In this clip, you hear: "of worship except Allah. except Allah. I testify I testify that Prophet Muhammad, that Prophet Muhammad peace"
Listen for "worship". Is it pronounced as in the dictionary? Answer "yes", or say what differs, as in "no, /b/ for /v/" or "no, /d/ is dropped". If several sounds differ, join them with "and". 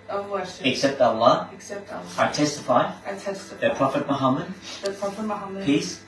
no, /p/ is dropped